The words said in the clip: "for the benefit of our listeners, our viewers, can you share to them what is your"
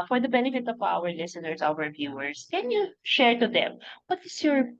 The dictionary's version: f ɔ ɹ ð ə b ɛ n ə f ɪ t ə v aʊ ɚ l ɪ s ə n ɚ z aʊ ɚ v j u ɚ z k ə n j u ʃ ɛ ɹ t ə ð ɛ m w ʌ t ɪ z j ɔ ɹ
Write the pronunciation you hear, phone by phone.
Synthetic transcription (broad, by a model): f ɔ ɹ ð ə b ɛ n ə f ɪ t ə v aʊ ɚ l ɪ s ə n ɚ s aʊ ɚ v j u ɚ s k ə n j u ʃ ɛ ɹ t ə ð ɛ m w ʌ t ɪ s j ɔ ɹ